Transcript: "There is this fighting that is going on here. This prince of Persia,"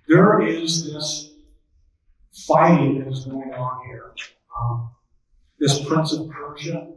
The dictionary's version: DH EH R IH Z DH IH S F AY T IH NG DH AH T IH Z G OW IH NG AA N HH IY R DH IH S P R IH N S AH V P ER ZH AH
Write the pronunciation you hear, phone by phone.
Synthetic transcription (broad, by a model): DH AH R IH Z DH IH S F AY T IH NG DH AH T IH Z G OW IH NG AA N HH IY R DH IH S P R IH N S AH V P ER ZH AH